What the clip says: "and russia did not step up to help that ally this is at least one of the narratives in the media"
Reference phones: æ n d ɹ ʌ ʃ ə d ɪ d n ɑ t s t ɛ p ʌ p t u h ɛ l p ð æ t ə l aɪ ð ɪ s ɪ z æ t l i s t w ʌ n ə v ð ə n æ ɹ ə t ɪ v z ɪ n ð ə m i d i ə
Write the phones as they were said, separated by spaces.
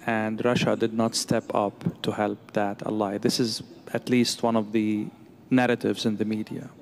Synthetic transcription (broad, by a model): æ n d ɹ ʌ ʃ ə d ɪ d n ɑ t s t ɛ p ʌ p t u h ɛ l p ð æ t ə l aɪ ð ɪ s ɪ z æ t l i s t w ʌ n ə v ð ə n æ ɹ ə t ɪ v z ɪ n ð ə m i d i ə